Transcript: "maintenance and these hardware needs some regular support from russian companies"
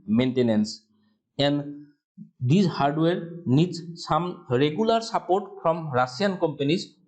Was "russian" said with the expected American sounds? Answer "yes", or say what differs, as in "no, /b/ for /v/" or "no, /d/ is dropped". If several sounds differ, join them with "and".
no, /s/ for /ʃ/